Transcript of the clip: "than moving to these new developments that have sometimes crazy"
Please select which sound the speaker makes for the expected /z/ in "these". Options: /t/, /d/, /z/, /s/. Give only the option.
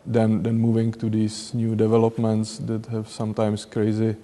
/s/